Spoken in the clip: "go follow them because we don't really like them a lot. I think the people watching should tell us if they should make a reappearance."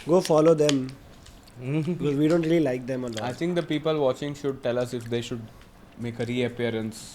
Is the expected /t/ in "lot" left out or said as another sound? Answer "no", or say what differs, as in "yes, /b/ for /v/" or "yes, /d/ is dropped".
yes, /t/ is dropped